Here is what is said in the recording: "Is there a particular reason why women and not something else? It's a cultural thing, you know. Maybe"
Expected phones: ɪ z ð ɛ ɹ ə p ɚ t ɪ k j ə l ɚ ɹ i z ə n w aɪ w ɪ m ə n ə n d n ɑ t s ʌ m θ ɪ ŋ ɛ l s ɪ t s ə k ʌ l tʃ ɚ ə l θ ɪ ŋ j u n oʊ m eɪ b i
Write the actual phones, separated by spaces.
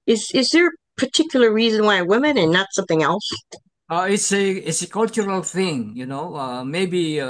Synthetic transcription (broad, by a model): ɪ z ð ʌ ɹ ə p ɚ t ɪ k j l ɚ ɹ i z ə n w aɪ w ɪ m ə n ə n n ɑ t s ʌ m θ ɪ ŋ ɛ l s ɪ t s ə k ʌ l tʃ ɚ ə l θ ɪ ŋ j u n oʊ m eɪ b i